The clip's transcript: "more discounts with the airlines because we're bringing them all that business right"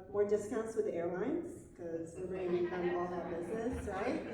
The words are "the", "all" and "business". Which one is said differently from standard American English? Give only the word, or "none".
none